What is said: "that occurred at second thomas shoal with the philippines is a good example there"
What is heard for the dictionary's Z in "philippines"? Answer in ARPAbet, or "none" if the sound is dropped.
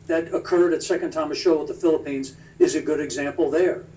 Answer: Z